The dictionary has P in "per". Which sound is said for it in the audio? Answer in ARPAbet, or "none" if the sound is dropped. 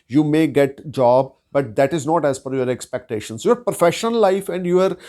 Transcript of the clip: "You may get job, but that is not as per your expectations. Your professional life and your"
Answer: F